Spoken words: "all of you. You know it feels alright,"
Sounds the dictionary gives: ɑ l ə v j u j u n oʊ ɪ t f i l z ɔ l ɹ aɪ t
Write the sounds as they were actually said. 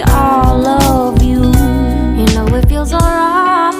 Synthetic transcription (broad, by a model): ɑ l ə v j u j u n oʊ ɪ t f i l z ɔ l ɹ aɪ